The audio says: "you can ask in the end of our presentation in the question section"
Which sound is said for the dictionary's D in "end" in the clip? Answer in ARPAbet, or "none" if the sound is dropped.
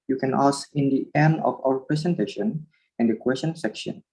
none